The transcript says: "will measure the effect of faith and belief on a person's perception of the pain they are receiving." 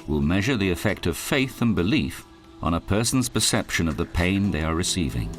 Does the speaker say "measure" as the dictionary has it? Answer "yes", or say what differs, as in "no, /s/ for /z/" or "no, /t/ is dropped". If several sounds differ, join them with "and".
yes